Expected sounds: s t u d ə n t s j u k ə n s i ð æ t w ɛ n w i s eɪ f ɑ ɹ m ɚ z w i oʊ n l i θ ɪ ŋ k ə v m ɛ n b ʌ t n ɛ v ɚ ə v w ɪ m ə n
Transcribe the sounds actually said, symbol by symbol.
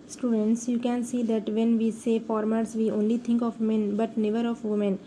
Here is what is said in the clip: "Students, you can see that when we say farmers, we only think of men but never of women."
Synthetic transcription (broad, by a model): s t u d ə n t s j u k ə n s i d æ t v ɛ n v i s eɪ f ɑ ɹ m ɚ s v i oʊ n l i t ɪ ŋ k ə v m ɛ n b ʌ t n ɛ v ɚ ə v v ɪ m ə n